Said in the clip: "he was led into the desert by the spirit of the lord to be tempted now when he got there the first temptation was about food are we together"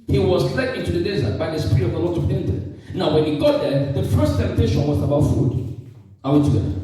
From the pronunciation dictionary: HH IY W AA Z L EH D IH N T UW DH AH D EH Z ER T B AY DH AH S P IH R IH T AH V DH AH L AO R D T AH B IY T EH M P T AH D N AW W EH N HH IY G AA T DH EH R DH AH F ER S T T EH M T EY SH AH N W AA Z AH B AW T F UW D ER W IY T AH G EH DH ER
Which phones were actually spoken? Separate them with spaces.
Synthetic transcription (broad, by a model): HH IY W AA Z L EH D IH N T UW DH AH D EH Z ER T B AY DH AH S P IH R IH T AH V DH AH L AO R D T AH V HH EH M T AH N AW W EH N HH IY G AA T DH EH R DH AH F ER S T T EH M T EY SH AH N W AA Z AH B AW T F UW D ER W IY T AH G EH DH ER